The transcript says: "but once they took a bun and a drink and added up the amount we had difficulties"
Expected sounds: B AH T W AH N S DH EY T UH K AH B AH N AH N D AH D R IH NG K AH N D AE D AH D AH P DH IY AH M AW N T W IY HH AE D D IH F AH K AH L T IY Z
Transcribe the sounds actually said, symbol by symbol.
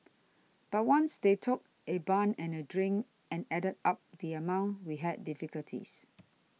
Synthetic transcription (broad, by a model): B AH T W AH N S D EY T UH K AH B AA N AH N AH D R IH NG AH N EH D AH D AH P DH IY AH M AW N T W IY HH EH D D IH F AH K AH L T IY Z